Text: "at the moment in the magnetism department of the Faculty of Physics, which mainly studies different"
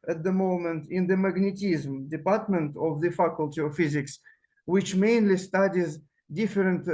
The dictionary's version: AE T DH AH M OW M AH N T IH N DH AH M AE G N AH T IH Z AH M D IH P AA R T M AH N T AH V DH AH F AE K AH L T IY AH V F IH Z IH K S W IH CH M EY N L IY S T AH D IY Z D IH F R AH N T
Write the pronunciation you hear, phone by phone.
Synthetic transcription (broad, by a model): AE T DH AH M OW M AH N T IH N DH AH M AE G N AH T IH Z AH M D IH P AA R T M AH N T AH V DH AH F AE K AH L T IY AH V F IH Z IH K S W IH CH M EY N L IY S T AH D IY Z D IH F R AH N T